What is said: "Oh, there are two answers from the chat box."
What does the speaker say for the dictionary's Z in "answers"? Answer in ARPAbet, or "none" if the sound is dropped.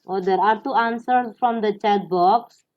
S